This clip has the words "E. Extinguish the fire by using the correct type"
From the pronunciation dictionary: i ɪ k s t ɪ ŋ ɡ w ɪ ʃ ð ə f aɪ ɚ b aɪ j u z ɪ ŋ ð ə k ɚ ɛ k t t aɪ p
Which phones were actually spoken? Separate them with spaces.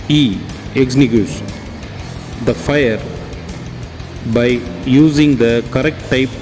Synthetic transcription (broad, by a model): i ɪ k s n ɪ ɡ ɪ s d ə f aɪ ɚ b aɪ j u z ɪ ŋ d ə k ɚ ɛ k t t aɪ p